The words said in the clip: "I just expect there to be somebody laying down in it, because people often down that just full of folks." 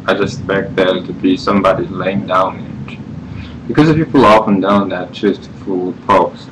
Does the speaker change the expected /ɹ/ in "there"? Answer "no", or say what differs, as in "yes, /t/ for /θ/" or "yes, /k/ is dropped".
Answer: yes, /l/ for /ɹ/